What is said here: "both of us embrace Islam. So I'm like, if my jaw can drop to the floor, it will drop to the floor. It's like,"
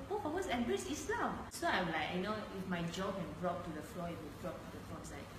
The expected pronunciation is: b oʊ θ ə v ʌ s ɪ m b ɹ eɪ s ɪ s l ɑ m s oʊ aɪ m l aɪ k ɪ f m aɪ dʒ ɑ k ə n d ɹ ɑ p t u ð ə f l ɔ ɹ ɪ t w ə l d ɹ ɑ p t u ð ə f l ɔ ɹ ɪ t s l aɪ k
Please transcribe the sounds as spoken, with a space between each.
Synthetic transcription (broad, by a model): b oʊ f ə w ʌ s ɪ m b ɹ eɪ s ɪ s l ɑ m s oʊ aɪ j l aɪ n ɪ f m aɪ dʒ ɑ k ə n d ɹ ɑ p t u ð ə f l ɔ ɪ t w ə l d ɹ ɑ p t u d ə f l ɔ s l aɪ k